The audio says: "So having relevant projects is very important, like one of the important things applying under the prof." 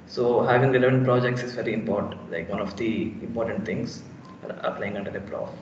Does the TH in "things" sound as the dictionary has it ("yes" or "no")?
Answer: no